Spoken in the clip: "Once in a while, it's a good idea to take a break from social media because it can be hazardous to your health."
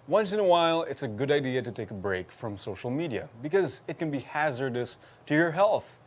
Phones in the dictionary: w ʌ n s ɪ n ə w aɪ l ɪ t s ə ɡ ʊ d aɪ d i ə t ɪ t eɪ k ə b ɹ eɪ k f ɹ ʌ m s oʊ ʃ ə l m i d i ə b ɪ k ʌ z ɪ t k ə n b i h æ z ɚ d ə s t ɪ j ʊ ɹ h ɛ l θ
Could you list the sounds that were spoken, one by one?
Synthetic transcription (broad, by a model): w ʌ n s ɪ n ə w aɪ l ɪ t s ə ɡ ʊ d aɪ d i ə t ɪ t eɪ k ə b ɹ eɪ k f ɹ ʌ m s oʊ ʃ l m i d i ə b ɪ k ʌ z ɪ t k ə n b i h æ z ɚ d ə s t ɪ j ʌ ɹ h ɛ l θ